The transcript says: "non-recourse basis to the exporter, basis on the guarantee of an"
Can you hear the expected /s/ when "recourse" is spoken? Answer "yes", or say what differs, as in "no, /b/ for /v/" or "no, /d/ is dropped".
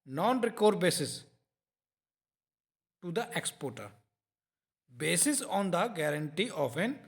no, /s/ is dropped